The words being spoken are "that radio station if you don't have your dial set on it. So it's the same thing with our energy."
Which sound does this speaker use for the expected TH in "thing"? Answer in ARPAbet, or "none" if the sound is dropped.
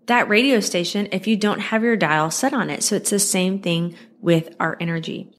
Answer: TH